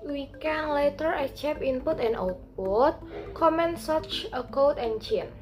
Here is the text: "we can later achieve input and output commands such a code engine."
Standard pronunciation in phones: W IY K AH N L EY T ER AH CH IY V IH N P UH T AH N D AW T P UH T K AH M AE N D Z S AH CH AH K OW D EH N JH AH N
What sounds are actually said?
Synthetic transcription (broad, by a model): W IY K AH N L EY T ER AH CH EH P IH N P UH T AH N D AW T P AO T K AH M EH N S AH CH AH K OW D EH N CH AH N